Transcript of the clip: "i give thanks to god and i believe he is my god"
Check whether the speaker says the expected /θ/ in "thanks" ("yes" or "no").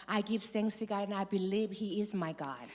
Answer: no